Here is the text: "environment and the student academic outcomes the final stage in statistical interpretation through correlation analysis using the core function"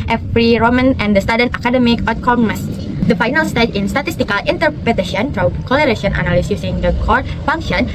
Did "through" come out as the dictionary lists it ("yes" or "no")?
no